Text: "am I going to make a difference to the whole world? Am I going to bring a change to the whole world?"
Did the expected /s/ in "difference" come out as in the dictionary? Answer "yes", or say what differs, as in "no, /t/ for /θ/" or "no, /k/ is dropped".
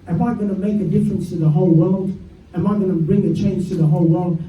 yes